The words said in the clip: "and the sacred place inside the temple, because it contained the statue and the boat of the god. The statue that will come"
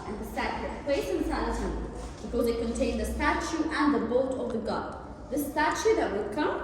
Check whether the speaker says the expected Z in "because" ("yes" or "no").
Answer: no